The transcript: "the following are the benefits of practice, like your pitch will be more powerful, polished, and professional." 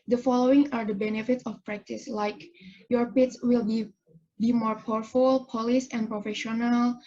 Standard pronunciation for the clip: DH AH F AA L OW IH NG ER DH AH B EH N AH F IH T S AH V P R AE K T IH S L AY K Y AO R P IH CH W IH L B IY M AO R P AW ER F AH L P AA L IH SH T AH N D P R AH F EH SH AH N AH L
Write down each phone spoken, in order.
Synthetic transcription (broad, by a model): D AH F AA L OW IH NG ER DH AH B EH N AH F IH T S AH F P R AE K T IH S L AY K Y AO R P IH S W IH L B IY M AO R P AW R F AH L P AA L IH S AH N P R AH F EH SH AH N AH L